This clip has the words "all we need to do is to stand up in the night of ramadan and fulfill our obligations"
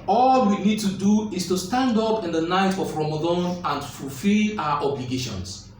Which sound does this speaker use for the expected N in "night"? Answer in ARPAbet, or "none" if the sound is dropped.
N